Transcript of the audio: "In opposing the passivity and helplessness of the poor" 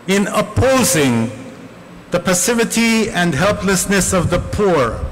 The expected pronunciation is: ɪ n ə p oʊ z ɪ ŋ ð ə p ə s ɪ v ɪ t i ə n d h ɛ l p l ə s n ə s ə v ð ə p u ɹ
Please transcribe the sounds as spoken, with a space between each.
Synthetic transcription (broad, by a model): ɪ n ə p oʊ z ɪ ŋ ð ə p ə s ɪ v ɪ t i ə n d h ɛ l p l ə s n ə s ə v ð ə p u ɹ